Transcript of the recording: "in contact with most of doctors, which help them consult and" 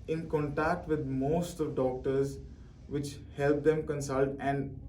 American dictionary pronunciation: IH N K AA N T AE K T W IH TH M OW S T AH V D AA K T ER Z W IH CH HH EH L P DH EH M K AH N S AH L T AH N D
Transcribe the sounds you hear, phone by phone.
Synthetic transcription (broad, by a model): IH N K AA N T AE K T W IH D M OW S T AH V D AA K T ER Z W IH CH HH EH L P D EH M K AH N S AH L T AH N D